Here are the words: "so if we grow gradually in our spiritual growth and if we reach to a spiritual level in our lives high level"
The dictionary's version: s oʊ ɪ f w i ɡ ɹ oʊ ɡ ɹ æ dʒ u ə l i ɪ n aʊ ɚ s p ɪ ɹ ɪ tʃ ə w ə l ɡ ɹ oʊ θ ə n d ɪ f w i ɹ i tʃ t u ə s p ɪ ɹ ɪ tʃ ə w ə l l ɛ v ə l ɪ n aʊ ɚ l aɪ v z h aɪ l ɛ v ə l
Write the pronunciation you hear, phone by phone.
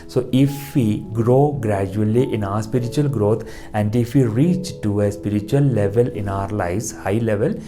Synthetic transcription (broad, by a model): s oʊ ɪ f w i ɡ ɹ oʊ ɡ ɹ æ dʒ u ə l i ɪ n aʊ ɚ s p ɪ ɹ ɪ tʃ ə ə l ɡ ɹ oʊ t ə n d ɪ f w i ɹ i tʃ t u ə s p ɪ ɹ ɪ tʃ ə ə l l ɛ v ə l ɪ n aʊ ɚ l aɪ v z h aɪ l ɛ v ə l